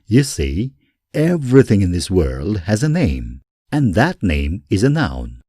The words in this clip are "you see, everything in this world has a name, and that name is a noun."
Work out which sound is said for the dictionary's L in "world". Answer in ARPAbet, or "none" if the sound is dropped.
L